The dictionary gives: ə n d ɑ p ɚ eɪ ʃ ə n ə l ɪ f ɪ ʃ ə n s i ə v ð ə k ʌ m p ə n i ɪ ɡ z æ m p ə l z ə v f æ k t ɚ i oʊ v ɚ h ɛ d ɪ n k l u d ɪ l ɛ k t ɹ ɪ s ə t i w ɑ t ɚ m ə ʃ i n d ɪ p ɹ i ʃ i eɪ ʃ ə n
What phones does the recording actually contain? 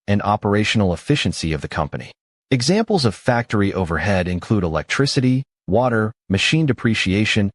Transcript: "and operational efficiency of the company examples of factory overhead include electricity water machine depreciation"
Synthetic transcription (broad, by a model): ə n ɑ p ɚ eɪ ʃ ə n l ɪ f ɪ ʃ ə n s i ə v ð ə k ʌ m p ə n i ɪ ɡ z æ m p l z ə v f æ k t ɚ i oʊ v ɚ h ɛ d ɪ n k l u d ɪ l ɛ k t ɹ ɪ s ə t i w ɑ t ɚ m ə ʃ i n d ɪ p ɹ i ʃ i eɪ ʃ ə n